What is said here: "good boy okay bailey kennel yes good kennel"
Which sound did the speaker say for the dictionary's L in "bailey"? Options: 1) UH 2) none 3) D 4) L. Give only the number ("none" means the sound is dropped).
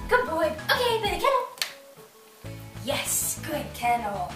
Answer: 2